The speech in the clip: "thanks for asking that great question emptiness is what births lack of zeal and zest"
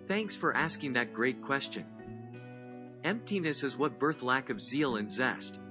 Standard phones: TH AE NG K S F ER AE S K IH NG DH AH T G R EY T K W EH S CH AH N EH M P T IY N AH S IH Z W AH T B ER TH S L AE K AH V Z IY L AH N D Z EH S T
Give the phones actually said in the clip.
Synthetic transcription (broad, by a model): TH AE NG K S F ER AE S K IH NG DH AH T G R EY T K W EH S CH AH N EH M P T IY N AH S IH Z W AH T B ER TH L AE K AH V Z IY L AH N Z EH S T